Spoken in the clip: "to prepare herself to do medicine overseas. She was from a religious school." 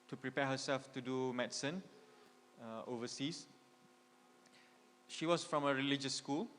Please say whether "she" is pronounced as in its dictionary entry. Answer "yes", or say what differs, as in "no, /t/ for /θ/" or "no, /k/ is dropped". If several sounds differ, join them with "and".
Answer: yes